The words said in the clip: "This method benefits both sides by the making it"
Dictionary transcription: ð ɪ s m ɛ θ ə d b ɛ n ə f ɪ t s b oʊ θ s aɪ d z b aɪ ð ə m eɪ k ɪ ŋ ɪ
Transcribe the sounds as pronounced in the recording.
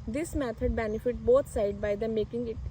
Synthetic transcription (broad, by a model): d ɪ s m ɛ t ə d b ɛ n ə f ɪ t b oʊ t s aɪ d b aɪ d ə m eɪ k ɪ ŋ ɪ